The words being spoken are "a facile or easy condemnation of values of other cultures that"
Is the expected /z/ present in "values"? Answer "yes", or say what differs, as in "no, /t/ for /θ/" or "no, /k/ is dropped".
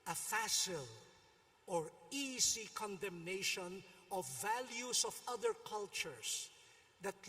no, /s/ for /z/